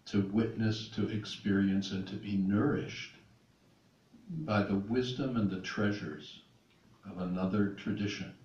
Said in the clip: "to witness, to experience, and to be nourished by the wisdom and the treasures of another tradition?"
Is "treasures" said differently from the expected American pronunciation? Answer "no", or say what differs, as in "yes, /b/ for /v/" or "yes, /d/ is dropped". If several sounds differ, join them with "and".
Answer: no